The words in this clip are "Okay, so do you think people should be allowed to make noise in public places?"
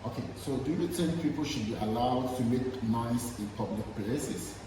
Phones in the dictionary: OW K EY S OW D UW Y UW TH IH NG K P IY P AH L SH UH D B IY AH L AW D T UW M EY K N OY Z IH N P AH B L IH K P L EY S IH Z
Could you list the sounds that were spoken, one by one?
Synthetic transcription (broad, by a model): OW K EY S OW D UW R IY T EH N P IY P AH L SH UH D B IY AH L AW D T UW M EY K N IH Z IH N P AH B L IH K P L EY S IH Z